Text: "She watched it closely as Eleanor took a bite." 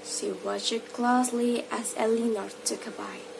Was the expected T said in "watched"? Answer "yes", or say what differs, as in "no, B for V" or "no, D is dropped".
no, T is dropped